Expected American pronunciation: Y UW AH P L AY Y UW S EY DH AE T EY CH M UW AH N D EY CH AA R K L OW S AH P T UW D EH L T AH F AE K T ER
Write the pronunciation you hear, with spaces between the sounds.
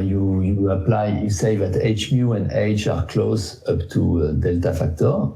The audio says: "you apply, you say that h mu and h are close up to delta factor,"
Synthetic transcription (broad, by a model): Y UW AH P L AY Y UW S EY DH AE T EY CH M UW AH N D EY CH AA R K L OW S AH P T UW D EH L T AH F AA K T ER